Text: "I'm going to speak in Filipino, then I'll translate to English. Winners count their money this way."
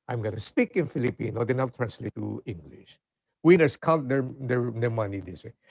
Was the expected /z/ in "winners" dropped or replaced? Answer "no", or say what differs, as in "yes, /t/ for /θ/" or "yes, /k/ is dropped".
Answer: yes, /s/ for /z/